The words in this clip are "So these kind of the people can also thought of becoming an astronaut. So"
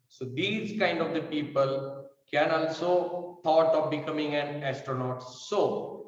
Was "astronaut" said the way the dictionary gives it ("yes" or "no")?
yes